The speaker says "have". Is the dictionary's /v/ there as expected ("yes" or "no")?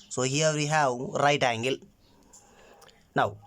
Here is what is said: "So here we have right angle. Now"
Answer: no